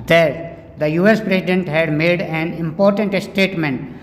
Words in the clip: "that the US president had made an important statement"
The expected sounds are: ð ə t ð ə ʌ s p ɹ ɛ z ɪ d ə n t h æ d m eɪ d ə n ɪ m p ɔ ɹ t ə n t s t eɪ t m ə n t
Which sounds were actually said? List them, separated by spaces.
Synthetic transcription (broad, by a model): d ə t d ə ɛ s p ɹ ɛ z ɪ d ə n t h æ d m eɪ d ə n ɪ m p ɔ ɹ t ə n t s t eɪ t m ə n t